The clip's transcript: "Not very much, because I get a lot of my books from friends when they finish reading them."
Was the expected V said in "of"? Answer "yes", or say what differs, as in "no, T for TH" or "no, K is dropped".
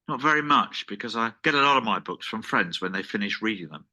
yes